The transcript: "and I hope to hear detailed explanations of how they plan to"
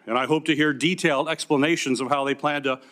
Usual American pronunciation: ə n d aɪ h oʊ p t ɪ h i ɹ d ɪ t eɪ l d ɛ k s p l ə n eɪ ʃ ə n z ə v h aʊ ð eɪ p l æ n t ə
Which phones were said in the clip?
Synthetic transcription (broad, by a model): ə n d aɪ h oʊ p t ɪ h i ɹ d ɪ t eɪ l d ɛ k s p l ə n eɪ ʃ ə n z ə v h aʊ ð eɪ p l æ n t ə